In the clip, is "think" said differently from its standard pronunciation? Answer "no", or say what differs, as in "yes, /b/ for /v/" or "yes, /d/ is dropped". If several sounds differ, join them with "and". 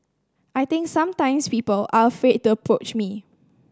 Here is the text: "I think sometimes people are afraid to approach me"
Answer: yes, /t/ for /θ/